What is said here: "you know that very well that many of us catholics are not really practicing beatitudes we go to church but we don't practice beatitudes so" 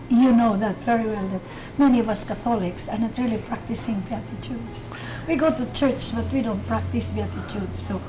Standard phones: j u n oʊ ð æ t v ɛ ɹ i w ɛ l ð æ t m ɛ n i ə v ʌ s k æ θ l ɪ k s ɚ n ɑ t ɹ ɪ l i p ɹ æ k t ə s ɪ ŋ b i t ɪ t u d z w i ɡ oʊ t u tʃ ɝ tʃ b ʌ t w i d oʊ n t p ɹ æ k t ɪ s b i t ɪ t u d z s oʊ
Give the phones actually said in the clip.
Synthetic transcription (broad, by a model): j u n oʊ ð æ t v ɛ ɹ i w ɛ l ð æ t m ɛ n i ə v ʌ s k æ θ l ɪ k s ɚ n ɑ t ɹ ɪ l i p ɹ æ k t ə s ɪ ŋ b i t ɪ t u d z w i ɡ oʊ t u tʃ ɝ tʃ b ʌ t w i d oʊ n t p ɹ æ k t ɪ s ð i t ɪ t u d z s oʊ